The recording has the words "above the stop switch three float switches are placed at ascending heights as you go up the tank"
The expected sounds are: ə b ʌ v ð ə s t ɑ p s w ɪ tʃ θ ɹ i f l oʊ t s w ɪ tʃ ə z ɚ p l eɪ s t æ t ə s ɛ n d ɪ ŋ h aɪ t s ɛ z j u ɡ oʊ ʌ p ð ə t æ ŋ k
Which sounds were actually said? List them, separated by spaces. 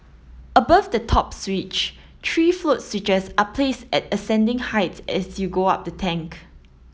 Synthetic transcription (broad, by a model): ə b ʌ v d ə t ɑ p s w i tʃ t ɹ i f l oʊ t s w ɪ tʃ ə s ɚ p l eɪ s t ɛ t ə s ɛ n d ɪ ŋ h aɪ t ɛ s j u ɡ oʊ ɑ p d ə t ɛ ŋ k